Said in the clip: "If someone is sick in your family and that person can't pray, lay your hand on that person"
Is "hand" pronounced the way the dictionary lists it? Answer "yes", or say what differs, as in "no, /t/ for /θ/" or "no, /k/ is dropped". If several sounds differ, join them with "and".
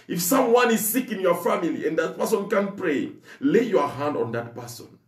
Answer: yes